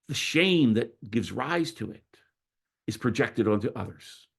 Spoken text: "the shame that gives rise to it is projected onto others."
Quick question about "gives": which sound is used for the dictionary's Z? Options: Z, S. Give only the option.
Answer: Z